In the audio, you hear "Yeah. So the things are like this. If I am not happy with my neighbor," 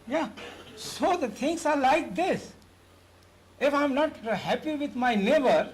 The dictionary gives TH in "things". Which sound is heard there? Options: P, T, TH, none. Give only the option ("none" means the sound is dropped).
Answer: T